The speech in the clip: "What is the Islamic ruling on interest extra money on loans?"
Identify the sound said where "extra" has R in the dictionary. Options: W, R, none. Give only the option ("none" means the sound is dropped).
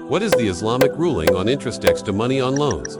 none